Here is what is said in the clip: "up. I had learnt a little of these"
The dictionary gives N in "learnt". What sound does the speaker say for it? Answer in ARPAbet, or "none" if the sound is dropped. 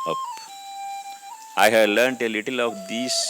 N